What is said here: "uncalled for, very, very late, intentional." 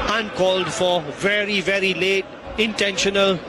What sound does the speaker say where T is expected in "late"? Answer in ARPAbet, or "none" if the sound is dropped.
T